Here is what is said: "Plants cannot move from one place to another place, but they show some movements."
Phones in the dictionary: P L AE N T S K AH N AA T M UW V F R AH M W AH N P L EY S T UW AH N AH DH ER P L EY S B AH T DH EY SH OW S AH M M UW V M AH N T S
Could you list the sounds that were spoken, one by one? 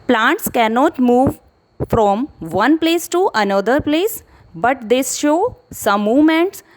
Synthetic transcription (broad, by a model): P L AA N T S K AH N AA T M UW V F R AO M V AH N P L EY S T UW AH N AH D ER P L EY S B AH T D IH SH OW S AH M M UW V M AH N T S